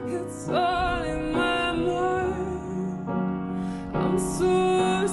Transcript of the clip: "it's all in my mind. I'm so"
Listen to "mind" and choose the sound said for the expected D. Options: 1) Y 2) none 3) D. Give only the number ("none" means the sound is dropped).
2